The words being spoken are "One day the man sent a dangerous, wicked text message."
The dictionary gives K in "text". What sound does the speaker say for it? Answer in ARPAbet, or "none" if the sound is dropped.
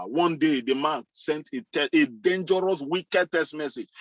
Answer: none